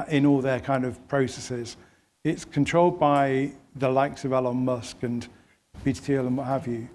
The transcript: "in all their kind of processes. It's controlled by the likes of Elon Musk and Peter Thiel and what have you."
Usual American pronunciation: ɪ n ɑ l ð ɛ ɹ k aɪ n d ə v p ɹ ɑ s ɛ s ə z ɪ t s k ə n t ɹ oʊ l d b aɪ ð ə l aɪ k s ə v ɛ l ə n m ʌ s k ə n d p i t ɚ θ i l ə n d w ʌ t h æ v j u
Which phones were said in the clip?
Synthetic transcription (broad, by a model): ɪ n ɑ l ð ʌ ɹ k aɪ n d ə v p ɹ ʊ s ɛ s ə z ɪ t s k ə n t ɹ oʊ l d b aɪ ð ə l aɪ k s ə v ɛ l ə n m ʌ s k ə n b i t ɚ t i l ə n w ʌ t h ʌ v j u